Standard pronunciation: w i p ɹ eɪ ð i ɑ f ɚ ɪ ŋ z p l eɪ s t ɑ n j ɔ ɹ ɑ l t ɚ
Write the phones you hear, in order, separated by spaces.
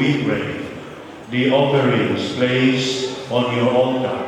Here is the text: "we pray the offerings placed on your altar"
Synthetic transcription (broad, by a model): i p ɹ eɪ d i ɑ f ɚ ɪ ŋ s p l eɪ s ɑ n j ɔ ɹ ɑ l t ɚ